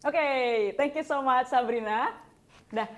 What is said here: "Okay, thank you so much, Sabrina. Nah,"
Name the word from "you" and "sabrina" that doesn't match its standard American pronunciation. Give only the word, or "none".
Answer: none